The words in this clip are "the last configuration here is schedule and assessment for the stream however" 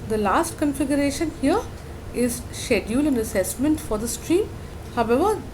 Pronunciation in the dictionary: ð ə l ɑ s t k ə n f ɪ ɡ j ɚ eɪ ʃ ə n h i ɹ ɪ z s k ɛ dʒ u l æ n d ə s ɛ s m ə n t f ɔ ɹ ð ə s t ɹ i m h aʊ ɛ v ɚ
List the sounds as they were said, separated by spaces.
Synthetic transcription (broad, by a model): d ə l ɑ s t k ə n f ɪ ɡ j ɚ eɪ ʃ ə n h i ɹ ɪ z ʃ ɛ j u l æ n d ə s ɛ s m ə n t f ɔ ɹ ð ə s t ɹ i m h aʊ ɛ v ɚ